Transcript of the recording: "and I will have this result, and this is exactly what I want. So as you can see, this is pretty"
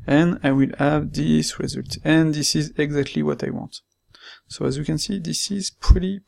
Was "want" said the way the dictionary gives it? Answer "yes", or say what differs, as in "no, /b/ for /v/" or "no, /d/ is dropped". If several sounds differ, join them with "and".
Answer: yes